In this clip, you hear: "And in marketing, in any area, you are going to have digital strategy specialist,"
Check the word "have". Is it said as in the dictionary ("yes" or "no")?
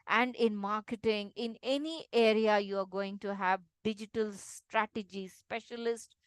yes